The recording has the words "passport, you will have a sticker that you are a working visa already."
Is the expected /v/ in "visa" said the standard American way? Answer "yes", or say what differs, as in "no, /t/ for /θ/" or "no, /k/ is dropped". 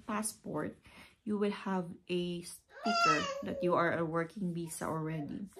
no, /b/ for /v/